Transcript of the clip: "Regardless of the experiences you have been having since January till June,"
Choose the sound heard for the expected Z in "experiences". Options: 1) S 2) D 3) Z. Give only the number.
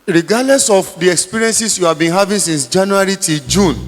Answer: 1